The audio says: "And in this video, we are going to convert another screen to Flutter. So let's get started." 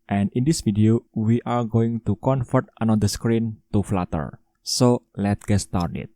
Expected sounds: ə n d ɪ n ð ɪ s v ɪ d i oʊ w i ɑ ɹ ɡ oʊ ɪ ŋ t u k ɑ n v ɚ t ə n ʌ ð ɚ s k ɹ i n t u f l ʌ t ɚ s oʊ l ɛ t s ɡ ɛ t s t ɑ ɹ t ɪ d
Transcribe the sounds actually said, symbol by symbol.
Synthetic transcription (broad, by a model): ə n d ɪ n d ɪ s f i d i oʊ w i ɑ ɹ ɡ oʊ ɪ ŋ t u k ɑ n f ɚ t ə n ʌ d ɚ s k ɹ i n t u f l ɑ t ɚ s oʊ l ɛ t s ɡ ɛ t s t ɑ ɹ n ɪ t